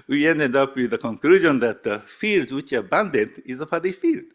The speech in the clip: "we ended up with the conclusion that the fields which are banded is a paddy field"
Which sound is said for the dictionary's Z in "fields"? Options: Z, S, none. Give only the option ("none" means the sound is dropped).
none